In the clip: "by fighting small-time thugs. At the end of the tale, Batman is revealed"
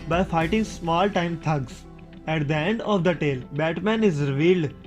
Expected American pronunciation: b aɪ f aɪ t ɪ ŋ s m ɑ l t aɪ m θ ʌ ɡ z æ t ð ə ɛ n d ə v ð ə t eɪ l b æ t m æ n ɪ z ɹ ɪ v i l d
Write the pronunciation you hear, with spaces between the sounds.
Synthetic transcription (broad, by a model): b aɪ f aɪ t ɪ ŋ s m ɑ l t aɪ m t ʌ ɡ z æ t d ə ɛ n d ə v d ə t eɪ l b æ t m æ n ɪ z ɹ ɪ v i l d